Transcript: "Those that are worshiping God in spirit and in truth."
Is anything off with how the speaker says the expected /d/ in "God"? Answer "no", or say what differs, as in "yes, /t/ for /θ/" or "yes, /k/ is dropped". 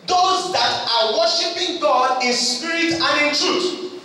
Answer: no